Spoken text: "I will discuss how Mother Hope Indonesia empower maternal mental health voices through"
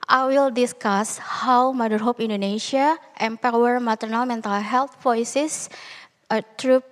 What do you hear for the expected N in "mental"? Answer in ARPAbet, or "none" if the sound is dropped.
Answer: N